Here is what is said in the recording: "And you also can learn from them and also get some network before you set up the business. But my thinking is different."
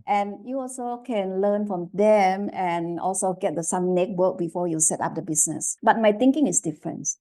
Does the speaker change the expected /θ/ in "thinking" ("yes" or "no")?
yes